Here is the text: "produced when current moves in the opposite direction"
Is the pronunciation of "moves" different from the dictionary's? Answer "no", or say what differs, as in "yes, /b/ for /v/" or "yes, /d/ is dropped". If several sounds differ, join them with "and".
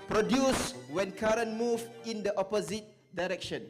yes, /z/ is dropped